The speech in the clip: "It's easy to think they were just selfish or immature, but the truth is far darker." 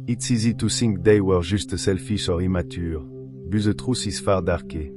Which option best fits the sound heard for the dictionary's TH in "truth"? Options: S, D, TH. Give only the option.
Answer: S